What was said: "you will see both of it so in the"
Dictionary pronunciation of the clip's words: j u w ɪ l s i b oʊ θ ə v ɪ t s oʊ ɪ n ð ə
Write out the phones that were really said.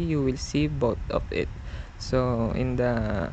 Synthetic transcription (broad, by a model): j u w ɪ l s i b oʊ t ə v ɪ t s oʊ ɪ n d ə